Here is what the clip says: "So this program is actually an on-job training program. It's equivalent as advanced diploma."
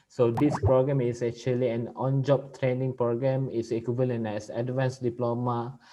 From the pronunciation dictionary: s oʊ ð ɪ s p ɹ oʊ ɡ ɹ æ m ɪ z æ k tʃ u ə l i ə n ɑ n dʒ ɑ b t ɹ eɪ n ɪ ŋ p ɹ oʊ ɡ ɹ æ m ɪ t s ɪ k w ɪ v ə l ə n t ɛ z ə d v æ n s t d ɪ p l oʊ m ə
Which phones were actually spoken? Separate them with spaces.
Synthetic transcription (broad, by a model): s oʊ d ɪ s p ɹ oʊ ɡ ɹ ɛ m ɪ s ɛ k tʃ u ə l i ə n ɑ n dʒ ɑ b t ɹ eɪ n ɪ ŋ p ɹ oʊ ɡ ɹ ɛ m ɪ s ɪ k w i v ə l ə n ɛ s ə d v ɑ n s d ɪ p l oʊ m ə